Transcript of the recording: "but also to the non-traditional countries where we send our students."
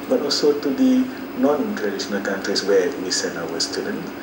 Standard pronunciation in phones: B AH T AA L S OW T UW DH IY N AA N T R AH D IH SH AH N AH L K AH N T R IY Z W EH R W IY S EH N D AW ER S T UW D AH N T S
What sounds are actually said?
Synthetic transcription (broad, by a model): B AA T AA L S OW T UW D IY N AA N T R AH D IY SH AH N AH L K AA N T R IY S W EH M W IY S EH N AW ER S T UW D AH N